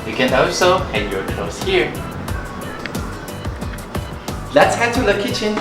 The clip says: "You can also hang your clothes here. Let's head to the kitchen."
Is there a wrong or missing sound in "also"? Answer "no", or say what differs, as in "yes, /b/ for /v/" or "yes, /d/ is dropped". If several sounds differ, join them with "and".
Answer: yes, /l/ is dropped